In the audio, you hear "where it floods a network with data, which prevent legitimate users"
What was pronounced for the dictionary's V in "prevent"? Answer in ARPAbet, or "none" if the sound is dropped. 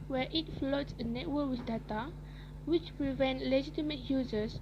V